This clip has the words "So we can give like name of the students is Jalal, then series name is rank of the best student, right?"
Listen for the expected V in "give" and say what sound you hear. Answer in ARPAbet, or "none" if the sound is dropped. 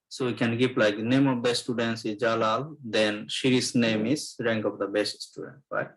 P